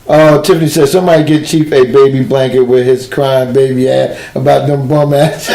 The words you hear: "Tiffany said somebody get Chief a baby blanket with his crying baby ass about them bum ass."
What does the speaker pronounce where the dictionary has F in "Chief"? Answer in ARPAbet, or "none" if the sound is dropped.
P